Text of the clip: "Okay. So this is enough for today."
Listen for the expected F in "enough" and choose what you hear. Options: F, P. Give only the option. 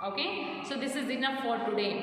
P